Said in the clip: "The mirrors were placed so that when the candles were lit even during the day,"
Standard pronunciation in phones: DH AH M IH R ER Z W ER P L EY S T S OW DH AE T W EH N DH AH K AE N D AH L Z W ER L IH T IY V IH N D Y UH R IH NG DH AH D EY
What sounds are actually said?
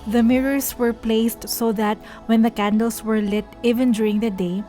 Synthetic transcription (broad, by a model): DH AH M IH R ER S W ER P L EY S T S OW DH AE T W EH N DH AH K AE N D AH L S W ER L IH T IY V IH N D Y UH R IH NG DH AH D EY